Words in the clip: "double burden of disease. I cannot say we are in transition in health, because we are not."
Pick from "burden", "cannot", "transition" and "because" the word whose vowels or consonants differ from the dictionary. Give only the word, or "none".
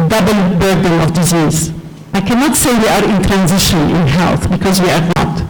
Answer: none